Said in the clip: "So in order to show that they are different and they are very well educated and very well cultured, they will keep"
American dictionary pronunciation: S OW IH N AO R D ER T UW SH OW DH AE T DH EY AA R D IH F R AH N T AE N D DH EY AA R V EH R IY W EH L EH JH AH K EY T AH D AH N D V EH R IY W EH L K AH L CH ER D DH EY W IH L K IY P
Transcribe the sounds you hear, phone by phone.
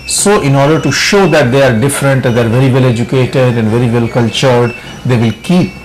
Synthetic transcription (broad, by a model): S OW IH N AO R D ER T UW SH OW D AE T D EY AA R D IH F R AH N T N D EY AA R V EH R IY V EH L EH JH AH K EY T AH D AH N D V EH R IY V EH L K AH L CH ER D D EY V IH L K IY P